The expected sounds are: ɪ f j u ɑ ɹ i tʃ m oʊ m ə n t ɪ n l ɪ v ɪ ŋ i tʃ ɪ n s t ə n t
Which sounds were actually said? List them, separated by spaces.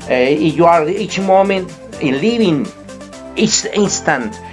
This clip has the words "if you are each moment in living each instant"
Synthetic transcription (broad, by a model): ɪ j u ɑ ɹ i tʃ m oʊ m ə n t ɪ n l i b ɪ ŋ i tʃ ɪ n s t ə n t